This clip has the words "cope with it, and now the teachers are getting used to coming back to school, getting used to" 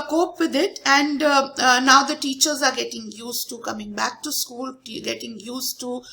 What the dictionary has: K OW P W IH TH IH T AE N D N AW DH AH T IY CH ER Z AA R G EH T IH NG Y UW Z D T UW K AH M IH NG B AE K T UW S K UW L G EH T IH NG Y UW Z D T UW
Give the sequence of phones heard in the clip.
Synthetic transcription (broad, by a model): K OW P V IH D IH T AE N D N AW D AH T IY CH ER Z AA R G EH T IH NG Y UW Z T UW K AH M IH NG B AE K T UW S K UW L G EH T IH NG Y UW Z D T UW